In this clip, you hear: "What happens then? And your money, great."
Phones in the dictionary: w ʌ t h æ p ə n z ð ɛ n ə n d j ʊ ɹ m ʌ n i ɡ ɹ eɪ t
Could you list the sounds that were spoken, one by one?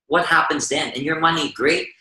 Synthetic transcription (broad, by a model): w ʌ t h æ p ə n z ð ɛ n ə n j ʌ ɹ m ʌ n i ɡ ɹ eɪ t